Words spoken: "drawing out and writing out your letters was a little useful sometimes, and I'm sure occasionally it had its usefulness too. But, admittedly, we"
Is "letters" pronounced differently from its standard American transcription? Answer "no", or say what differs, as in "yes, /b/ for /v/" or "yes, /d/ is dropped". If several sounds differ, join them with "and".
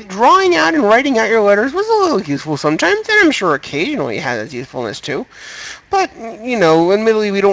no